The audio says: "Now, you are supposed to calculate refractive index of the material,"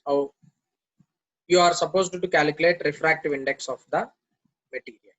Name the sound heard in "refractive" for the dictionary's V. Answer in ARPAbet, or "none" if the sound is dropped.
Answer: V